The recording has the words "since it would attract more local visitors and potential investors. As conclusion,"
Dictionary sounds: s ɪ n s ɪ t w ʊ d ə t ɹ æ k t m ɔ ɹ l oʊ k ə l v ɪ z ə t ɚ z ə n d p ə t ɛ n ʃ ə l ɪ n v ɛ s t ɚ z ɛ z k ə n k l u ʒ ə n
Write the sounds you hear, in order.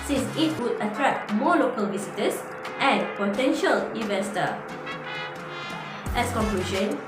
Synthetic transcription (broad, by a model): s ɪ n s ɪ t w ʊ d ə t ɹ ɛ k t m ɔ l oʊ k ə l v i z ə t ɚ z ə n p ə t ɛ n ʃ ə l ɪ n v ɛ s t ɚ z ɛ s k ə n k l u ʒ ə n